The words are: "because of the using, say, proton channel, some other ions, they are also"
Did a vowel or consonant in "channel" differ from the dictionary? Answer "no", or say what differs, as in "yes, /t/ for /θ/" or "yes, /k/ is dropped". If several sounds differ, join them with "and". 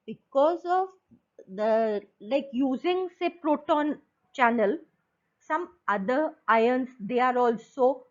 no